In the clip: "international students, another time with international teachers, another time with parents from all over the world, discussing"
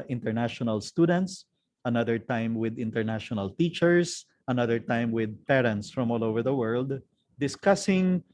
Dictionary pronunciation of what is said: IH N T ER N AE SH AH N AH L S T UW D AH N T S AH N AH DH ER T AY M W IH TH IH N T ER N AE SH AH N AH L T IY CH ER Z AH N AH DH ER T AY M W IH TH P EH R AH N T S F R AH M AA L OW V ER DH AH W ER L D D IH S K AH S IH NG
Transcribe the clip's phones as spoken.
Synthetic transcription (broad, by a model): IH N T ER N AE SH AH N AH L S T UW D AH N T S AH N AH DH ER T AY M W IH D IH N T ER N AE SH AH N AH L T IY CH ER S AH N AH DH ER T AY M W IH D P EH R AH N T S F R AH M AA L OW V ER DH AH W ER L D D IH S K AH S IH NG